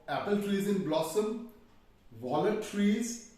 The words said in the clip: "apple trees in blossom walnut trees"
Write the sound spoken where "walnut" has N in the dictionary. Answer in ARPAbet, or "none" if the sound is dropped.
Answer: none